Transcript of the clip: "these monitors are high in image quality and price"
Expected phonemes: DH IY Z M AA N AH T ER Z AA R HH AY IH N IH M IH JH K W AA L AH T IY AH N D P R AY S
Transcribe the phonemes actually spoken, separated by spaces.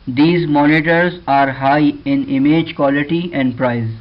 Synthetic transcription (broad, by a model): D IY Z M AA N AH T ER Z AA R HH AY IH N IH M IH JH K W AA L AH T IY AH N D P R AY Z